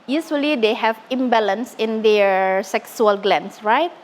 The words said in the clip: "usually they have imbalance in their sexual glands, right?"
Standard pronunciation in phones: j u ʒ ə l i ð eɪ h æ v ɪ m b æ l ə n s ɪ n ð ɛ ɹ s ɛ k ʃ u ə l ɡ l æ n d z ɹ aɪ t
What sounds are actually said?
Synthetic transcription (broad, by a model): j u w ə l i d eɪ h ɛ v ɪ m b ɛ l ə n s ɪ n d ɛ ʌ s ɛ k s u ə l ɡ l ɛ n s ɹ aɪ t